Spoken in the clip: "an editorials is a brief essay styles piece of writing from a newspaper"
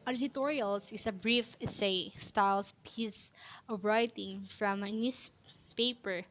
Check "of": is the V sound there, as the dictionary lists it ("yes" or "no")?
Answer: no